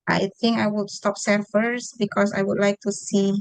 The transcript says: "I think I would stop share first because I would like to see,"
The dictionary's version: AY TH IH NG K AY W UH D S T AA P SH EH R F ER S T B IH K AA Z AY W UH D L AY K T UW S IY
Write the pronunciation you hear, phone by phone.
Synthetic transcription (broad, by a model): AY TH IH NG K AY W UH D S T AA P S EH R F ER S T B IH K AA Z AY W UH D L AY K T UW S IY